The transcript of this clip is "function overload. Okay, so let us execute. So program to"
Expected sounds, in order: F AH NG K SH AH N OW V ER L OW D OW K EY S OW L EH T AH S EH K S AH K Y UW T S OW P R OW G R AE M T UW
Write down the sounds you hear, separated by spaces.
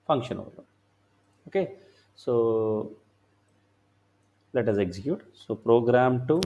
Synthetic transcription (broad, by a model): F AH NG K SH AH N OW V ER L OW OW K EY S OW L EH T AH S EH K S AH K Y UW T S OW P R OW G R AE M T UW